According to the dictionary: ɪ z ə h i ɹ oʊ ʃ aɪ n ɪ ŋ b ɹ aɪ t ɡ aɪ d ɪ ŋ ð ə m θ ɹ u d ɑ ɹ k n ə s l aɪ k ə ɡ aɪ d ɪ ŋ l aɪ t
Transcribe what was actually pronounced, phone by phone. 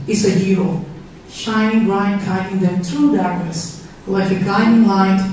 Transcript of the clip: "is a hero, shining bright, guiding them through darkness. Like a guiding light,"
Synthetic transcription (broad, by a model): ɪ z ə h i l ʃ aɪ n ɪ ŋ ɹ aɪ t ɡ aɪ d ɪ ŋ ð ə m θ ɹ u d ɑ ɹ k ə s l aɪ k ə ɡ aɪ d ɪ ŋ l aɪ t